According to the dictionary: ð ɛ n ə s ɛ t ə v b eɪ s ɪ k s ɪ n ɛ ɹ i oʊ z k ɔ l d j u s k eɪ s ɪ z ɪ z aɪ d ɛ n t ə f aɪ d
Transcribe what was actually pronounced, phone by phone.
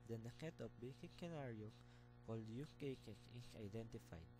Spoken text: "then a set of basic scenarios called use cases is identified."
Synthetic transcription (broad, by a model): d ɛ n ə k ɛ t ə p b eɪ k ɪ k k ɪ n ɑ ɹ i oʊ k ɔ l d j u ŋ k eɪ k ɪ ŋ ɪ s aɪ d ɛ n t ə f aɪ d